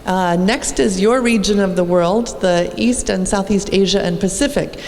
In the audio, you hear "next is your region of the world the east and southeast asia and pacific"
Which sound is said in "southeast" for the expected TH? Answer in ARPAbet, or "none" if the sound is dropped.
TH